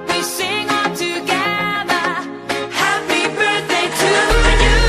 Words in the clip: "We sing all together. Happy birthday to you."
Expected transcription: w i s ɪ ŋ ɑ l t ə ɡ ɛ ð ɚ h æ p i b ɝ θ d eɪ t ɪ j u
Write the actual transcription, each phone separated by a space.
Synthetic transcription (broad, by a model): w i s ɪ ŋ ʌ n t ə ɡ ɛ ð ɚ h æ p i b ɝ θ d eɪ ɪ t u